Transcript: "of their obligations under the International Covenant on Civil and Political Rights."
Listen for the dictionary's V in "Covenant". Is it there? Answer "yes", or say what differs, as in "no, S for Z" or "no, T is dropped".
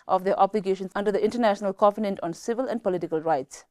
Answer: no, F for V